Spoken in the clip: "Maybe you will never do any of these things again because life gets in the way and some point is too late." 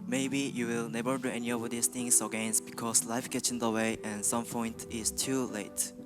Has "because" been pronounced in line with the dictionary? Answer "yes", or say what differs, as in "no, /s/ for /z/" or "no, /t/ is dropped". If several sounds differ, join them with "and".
no, /s/ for /z/